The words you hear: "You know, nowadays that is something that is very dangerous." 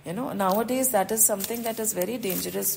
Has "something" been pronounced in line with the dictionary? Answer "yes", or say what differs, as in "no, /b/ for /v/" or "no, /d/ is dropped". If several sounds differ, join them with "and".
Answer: no, /t/ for /θ/